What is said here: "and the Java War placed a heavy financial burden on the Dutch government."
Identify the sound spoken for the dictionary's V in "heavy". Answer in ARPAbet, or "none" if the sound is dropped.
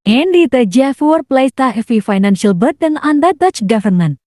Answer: F